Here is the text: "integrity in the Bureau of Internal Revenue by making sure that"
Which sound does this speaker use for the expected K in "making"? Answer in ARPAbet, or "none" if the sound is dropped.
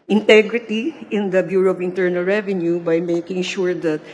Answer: K